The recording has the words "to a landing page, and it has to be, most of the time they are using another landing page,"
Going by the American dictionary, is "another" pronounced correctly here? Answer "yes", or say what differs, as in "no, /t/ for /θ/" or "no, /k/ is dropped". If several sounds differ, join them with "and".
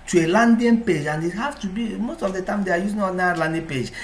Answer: no, /ð/ is dropped